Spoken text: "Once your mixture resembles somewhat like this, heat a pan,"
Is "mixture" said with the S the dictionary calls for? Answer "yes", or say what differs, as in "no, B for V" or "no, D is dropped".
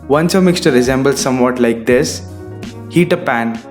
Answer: yes